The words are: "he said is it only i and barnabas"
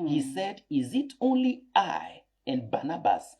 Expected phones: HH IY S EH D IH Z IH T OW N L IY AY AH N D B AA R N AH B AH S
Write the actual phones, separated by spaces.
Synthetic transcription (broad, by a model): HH IY S EH D IH Z IH T OW N L IY AY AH N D B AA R N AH B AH S